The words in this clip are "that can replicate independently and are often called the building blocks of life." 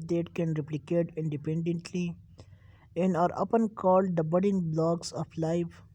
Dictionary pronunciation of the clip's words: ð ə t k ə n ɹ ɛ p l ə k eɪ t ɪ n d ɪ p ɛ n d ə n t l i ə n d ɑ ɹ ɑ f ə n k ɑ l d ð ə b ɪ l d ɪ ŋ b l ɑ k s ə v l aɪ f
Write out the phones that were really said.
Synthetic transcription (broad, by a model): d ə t k ə n ɹ ɛ p l ə k eɪ t ɪ n d ɪ p ɛ n d ə n t l i ə n d ɑ ɹ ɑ p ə n k ɑ l d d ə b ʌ d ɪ ŋ b l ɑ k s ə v l aɪ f